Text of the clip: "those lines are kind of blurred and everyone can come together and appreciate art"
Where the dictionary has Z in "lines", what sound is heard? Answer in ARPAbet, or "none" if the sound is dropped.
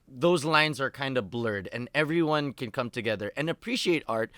Z